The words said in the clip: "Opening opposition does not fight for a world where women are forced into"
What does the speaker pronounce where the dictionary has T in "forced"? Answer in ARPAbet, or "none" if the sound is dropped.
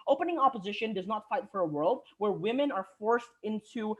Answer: T